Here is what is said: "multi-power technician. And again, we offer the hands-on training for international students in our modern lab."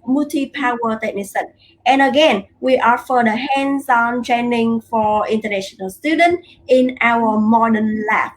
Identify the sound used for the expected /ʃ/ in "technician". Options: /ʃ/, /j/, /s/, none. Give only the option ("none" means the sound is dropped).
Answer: /s/